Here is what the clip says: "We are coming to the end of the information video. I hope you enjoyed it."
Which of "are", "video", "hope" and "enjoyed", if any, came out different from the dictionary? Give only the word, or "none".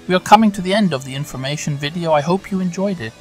none